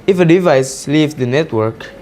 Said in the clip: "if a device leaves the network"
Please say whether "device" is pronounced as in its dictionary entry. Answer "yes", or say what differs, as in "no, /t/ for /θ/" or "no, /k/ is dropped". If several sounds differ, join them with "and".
yes